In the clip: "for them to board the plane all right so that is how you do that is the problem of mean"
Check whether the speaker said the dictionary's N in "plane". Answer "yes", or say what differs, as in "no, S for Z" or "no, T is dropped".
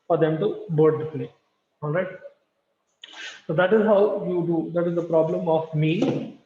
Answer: no, N is dropped